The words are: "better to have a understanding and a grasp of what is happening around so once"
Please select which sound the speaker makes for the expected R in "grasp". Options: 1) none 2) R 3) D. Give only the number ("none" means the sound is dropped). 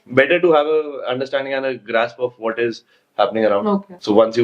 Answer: 2